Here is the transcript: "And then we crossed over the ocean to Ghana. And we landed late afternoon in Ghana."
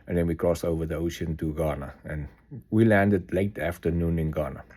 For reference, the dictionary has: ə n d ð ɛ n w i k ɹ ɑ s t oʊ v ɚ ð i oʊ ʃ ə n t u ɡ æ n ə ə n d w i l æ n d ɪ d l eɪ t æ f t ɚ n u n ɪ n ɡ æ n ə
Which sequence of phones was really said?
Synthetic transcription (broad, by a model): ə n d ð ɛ n w i k ɹ ɑ s oʊ v ɚ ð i oʊ ʃ ə n t u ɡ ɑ n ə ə n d w i l æ n d ɪ d l eɪ t æ f t ɚ n u n ɪ n ɡ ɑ n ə